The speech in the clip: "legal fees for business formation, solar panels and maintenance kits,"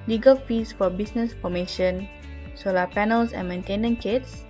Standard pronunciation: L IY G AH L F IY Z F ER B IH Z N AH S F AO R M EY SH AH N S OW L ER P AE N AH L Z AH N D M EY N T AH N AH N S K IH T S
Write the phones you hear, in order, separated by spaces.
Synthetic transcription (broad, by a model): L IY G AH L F IY S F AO B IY S N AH S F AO M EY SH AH N S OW L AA P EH N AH L S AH N M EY N T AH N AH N K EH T S